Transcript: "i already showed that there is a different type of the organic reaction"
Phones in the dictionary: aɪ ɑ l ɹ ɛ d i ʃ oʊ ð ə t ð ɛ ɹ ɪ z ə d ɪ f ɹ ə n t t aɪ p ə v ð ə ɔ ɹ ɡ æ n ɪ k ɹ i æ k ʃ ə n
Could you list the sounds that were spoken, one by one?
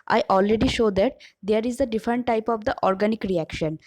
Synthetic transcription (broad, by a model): aɪ ɑ l ɹ ɛ d i ʃ oʊ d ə t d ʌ ɹ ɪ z ə d ɪ f ɹ ə n t t aɪ p ə v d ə ɔ ɹ ɡ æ n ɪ k ɹ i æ k ʃ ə n